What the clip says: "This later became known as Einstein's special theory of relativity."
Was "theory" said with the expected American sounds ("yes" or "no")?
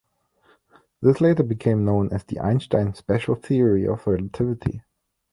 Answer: yes